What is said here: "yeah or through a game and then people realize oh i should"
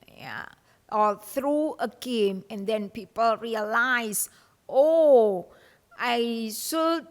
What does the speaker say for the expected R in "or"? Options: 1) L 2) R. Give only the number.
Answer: 1